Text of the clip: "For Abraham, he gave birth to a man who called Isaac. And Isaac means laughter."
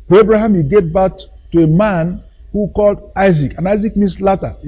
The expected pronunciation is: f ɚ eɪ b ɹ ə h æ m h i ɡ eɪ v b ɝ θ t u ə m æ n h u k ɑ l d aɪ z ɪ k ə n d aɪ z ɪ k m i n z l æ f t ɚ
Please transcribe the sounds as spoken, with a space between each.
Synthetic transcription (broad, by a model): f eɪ b ɹ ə h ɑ m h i ɡ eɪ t b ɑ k t u ə m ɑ n h u k ɑ l d aɪ z ɪ k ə n aɪ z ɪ k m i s l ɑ t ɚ